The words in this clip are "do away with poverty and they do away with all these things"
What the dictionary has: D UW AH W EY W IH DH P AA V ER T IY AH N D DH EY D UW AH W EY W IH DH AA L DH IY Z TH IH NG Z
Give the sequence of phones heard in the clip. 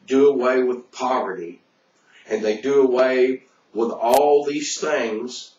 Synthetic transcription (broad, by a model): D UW AH W EY W IH DH P AA V ER T IY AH N DH EY D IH AH W EY W IH DH AA L DH IY Z TH IH NG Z